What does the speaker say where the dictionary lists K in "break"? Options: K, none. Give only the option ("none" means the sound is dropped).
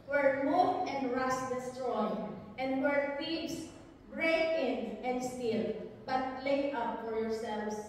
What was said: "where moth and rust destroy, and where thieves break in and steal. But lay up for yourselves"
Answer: none